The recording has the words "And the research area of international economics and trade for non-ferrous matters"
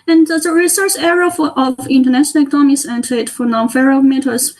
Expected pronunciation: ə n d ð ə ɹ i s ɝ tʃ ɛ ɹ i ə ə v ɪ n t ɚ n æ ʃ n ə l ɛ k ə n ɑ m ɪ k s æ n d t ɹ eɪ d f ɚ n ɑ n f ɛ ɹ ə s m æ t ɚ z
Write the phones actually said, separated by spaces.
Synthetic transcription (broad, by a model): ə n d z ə ɹ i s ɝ s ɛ ɹ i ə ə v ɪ n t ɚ n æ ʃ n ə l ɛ k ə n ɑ m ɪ s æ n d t eɪ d f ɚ n ɑ n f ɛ ɹ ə m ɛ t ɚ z